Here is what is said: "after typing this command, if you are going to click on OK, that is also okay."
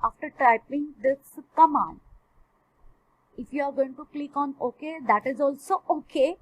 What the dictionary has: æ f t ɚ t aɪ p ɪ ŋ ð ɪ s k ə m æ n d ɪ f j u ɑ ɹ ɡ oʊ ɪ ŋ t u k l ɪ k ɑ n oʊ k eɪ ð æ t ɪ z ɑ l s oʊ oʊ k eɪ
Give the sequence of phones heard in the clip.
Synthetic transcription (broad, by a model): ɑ f t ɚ t aɪ p ɪ ŋ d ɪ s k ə m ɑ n ɪ f j u ɑ ɹ ɡ oʊ ɪ ŋ t u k l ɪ k ɑ n oʊ k eɪ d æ t ɪ z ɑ l s oʊ oʊ k eɪ